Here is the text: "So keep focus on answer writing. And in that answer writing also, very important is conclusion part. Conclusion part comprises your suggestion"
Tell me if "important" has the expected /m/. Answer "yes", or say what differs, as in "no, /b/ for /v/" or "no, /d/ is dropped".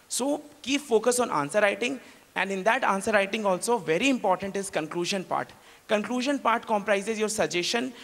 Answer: yes